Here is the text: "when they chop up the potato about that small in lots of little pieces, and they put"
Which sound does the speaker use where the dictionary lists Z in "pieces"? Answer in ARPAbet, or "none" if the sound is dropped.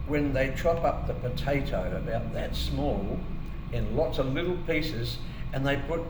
Z